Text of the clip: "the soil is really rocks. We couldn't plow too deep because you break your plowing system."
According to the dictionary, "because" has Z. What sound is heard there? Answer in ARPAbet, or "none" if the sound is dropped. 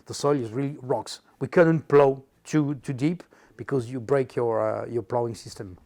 Z